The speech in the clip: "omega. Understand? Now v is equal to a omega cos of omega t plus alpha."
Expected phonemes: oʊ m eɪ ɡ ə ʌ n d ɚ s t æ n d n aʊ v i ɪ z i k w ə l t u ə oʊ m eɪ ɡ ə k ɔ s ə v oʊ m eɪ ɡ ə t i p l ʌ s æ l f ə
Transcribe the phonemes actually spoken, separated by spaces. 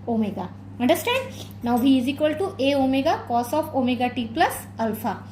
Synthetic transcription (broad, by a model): oʊ m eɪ ɡ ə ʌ n d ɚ s t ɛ n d n aʊ b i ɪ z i k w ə l t u ə oʊ m eɪ ɡ ə k ɔ s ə f oʊ m eɪ ɡ ə t i p l ʌ s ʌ l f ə